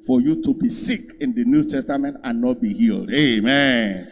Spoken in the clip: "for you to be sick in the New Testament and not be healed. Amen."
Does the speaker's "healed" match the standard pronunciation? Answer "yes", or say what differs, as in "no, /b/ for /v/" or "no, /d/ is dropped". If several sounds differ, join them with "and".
yes